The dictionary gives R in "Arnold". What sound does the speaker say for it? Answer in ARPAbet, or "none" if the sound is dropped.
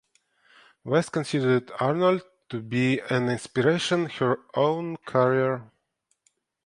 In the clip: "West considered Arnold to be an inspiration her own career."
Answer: R